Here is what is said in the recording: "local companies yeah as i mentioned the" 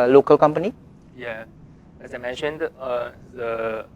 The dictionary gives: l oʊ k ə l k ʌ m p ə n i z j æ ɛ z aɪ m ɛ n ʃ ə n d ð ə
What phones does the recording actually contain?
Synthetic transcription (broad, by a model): l oʊ k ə l k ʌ m p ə n i j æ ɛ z aɪ m ɛ n ʃ ə n d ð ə